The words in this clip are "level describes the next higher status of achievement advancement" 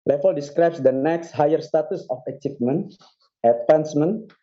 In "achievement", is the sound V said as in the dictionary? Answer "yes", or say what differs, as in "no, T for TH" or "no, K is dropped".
no, P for V